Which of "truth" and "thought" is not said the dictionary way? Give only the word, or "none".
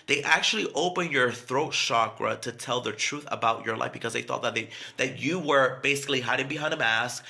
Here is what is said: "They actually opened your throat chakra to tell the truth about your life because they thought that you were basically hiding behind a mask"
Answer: none